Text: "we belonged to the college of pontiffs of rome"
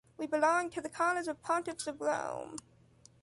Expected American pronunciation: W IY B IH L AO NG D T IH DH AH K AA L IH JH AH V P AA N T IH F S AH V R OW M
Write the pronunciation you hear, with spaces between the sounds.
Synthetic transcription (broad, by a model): W IY B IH L AO NG T IH DH AH K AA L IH Z AH V P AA N T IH P S AH V R OW M